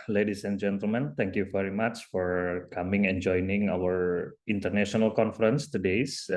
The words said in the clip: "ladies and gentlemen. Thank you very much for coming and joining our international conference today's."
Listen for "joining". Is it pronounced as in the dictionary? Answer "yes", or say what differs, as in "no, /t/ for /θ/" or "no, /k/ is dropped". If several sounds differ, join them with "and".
yes